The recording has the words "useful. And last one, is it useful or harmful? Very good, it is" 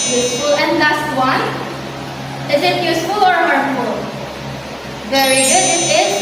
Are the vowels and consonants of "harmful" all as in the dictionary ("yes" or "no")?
no